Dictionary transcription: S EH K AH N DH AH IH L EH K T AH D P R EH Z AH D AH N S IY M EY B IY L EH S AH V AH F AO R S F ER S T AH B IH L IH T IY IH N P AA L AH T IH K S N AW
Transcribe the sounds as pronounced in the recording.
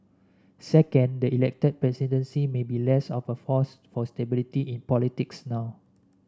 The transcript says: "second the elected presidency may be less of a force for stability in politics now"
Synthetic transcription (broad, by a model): S EH K AH N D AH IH L EH K T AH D P R EH S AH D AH N S IY M EY B IY L EH S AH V AH F AO S F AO S T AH B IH L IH T IY IH N P AA L AH T IH K S N AW